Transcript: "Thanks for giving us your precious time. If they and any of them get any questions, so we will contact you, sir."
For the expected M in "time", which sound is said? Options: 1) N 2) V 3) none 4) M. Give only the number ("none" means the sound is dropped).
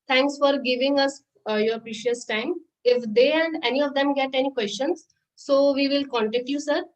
4